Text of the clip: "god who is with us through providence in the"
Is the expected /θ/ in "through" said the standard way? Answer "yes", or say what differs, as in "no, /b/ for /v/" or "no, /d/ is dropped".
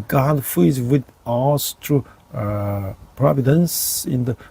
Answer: no, /t/ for /θ/